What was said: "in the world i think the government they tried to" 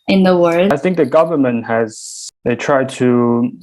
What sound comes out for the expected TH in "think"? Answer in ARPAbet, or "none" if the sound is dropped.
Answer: TH